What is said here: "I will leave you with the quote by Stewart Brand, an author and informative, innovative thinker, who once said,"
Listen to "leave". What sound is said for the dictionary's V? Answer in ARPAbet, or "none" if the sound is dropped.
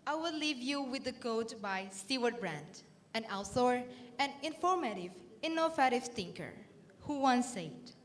V